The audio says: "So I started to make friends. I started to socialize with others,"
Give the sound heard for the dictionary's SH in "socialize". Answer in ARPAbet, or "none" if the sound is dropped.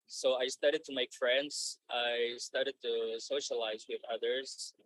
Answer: SH